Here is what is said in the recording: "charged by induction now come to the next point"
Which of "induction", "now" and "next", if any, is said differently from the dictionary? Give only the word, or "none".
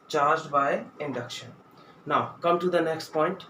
none